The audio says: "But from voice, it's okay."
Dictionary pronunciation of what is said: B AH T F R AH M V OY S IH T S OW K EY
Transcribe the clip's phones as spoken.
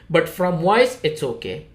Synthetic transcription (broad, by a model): B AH T F R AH M W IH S IH T S OW K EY